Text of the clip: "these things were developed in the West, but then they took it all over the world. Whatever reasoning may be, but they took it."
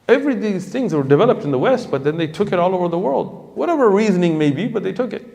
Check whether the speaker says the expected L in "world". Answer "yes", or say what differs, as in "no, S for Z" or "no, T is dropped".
yes